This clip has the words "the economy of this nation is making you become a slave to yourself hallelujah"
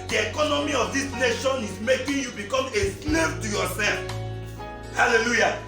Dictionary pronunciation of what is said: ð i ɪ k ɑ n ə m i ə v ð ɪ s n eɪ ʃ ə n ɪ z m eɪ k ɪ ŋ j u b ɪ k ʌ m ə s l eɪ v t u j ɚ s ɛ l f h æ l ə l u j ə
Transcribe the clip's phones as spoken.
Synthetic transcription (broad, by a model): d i ɪ k ɑ n ə m i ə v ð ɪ s n eɪ ʃ ə n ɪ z m eɪ k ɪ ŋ j u b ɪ k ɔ m ə s n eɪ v t u j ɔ s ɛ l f h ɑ l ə l u j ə